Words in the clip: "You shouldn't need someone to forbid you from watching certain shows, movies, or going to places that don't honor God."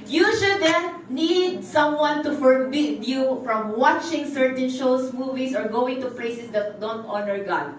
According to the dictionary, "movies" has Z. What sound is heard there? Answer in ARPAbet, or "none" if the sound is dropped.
S